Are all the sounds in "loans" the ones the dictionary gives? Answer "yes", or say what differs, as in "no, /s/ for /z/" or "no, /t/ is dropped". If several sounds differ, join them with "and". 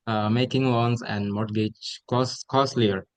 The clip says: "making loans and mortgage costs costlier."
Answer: no, /w/ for /l/